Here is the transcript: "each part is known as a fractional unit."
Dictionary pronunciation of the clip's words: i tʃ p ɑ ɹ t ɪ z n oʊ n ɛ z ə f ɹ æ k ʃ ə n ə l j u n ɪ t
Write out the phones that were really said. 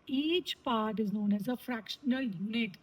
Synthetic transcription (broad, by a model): i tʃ p ɑ ɹ t ɪ z n oʊ n ɛ z ə f ɹ æ k ʃ ə n ə l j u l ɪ t